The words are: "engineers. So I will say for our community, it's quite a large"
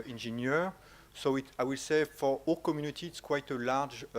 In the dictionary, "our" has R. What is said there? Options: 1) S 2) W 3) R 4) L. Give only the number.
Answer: 4